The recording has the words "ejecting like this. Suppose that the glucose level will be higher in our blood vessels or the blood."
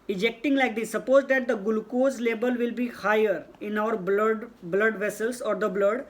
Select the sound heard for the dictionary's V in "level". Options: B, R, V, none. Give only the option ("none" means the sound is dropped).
B